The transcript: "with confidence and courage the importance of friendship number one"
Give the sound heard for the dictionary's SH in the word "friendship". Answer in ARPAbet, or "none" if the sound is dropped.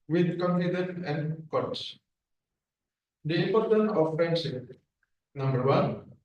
S